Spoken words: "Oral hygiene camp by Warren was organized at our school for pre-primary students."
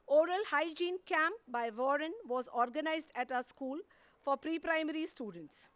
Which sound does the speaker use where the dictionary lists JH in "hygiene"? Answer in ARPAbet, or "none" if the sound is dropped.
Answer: JH